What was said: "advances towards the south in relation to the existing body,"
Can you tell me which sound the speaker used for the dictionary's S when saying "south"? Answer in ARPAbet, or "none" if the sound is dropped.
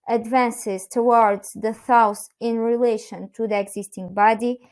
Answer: TH